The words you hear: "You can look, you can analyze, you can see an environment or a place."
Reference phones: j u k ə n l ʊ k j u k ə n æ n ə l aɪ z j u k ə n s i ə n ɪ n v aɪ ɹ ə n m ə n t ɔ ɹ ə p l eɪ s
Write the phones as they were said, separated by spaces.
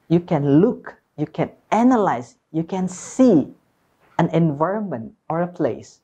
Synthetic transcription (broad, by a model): j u k ə n l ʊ k j u k ə n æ n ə l aɪ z j u k ə n s i ə n ɪ n v aɪ ɹ ə n m ə n t ɔ ɹ ə p l eɪ s